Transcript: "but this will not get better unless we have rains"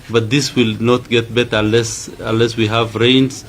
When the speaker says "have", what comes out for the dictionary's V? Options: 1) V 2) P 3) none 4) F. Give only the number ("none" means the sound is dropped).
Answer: 1